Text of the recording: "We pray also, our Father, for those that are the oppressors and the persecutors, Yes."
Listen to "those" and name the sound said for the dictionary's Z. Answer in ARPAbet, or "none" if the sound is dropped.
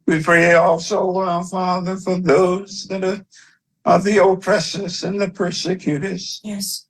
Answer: Z